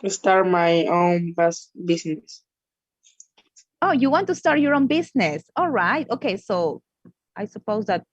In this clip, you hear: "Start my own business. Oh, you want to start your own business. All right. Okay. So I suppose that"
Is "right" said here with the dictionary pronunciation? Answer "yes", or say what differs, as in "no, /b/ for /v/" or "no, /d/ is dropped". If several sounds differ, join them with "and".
yes